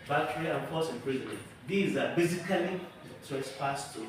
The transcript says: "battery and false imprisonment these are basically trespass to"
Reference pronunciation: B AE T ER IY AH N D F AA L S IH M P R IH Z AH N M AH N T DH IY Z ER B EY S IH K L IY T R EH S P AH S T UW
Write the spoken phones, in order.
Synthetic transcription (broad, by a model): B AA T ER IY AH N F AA S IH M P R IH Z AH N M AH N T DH IY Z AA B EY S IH K L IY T EH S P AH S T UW